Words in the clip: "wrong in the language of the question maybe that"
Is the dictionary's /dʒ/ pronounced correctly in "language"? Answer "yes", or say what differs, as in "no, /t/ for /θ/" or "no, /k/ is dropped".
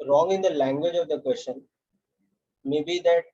yes